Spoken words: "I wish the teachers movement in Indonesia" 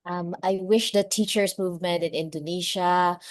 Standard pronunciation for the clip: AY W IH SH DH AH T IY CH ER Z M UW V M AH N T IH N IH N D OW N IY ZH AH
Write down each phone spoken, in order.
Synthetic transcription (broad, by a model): AY W IH SH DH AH T IY CH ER S M UW V M AH N T IH N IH N D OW N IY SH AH